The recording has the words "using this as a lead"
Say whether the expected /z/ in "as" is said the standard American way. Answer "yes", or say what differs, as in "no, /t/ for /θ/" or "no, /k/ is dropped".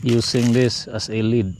no, /s/ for /z/